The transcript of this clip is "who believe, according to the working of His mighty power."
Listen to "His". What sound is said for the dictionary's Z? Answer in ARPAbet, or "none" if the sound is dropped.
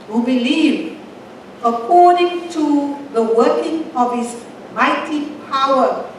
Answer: S